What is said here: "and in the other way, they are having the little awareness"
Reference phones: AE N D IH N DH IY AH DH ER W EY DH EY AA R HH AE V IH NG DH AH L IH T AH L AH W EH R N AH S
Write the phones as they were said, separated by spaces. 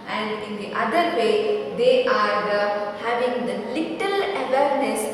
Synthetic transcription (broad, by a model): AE N D IH N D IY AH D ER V EY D EY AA R HH AE V IH NG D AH L IH T AH L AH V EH R N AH S